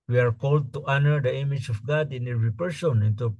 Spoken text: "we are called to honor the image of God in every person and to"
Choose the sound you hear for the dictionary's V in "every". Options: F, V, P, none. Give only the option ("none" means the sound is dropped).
none